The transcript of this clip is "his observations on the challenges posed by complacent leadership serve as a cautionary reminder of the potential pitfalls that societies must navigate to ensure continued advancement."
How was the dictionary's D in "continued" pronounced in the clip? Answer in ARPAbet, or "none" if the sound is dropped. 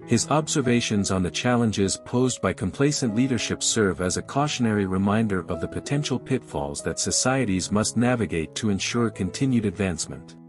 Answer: D